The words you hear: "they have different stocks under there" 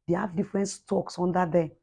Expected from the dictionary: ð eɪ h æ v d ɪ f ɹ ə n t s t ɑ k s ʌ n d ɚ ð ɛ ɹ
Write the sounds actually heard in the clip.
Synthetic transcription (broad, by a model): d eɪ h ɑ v d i f ɹ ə n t s t ɑ k s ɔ n d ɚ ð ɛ